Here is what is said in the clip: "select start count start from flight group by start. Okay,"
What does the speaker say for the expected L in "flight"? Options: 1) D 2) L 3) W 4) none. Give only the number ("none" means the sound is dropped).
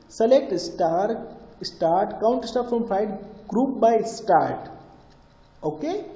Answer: 4